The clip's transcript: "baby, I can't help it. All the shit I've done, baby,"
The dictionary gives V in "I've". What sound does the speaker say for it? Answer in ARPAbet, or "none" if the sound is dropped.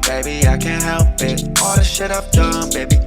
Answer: P